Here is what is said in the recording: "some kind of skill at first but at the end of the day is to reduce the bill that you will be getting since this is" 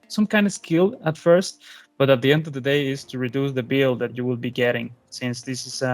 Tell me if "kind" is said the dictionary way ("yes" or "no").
yes